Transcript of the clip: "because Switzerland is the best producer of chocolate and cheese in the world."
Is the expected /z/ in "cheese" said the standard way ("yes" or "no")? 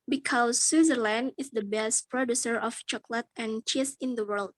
no